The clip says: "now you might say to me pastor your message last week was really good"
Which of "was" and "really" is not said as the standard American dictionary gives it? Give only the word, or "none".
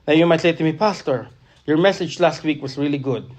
was